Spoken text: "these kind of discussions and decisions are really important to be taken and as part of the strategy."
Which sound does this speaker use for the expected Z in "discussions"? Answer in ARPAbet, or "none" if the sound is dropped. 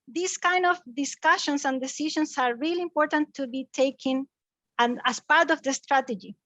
S